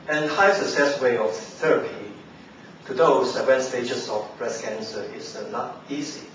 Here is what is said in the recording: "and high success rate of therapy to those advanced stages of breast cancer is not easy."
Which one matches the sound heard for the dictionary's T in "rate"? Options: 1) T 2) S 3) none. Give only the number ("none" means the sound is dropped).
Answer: 3